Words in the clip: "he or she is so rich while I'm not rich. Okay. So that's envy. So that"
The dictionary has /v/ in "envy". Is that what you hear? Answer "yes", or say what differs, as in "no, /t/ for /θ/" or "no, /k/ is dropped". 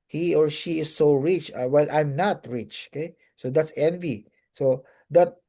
yes